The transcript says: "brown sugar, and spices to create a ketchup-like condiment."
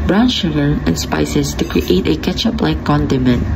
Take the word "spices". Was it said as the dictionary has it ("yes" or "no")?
no